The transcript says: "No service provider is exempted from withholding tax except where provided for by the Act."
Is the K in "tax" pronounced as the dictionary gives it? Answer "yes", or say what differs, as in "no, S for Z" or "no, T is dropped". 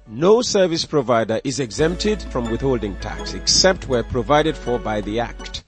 yes